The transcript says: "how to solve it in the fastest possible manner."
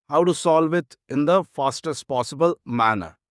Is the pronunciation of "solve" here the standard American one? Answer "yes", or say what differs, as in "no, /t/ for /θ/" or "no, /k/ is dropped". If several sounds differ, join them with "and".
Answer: yes